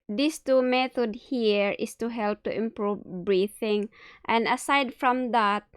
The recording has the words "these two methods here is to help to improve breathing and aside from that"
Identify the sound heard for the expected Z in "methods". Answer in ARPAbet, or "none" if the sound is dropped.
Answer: none